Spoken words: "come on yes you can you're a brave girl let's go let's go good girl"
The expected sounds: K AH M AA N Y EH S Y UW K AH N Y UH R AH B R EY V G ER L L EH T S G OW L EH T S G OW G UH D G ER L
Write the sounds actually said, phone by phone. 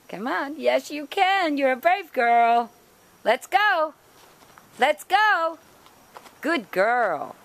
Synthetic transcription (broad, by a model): K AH M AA N Y EH S Y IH K AH N Y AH R AH B R EY V G ER L L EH T S G OW L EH T S G OW G UH D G ER L